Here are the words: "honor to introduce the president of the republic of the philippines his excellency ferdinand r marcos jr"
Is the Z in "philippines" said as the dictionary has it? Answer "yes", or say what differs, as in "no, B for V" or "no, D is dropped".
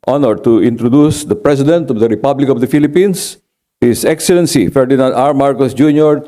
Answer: no, S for Z